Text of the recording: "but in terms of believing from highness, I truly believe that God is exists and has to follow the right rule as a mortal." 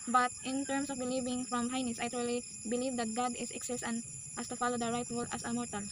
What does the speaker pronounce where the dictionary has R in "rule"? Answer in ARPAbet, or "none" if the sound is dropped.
W